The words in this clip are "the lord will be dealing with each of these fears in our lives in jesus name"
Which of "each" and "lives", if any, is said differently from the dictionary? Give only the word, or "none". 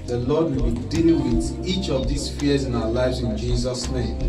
none